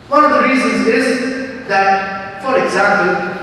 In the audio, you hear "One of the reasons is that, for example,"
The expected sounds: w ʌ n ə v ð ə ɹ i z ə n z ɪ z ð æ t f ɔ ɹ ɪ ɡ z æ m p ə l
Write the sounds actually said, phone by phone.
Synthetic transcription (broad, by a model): w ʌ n ə v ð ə ɹ i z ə n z ɪ z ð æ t f ɔ ɹ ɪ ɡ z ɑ m p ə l